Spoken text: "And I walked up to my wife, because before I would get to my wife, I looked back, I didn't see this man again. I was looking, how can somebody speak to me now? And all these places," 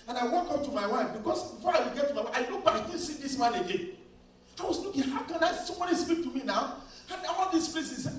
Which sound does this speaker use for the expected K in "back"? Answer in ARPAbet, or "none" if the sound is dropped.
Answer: none